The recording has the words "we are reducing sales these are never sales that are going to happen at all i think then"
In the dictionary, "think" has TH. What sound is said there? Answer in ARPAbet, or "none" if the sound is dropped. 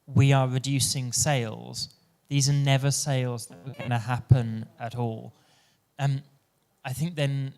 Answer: TH